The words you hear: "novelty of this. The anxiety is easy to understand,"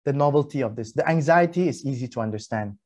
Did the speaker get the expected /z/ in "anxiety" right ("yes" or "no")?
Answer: yes